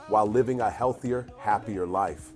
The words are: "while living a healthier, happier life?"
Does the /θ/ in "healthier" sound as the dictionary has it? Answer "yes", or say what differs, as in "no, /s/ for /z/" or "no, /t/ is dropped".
yes